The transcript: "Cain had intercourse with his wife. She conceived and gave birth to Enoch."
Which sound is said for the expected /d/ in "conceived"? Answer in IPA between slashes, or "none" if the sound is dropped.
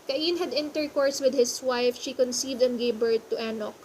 /d/